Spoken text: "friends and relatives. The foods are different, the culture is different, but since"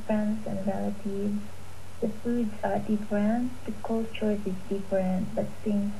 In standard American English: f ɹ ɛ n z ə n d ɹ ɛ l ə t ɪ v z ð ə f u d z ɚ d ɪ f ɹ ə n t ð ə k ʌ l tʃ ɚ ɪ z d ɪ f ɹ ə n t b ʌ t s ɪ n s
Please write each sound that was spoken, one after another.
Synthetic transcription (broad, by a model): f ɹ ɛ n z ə n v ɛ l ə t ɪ z ð ə f u d z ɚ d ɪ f ɹ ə n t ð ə k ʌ l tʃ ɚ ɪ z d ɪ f ɹ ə n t b ʌ t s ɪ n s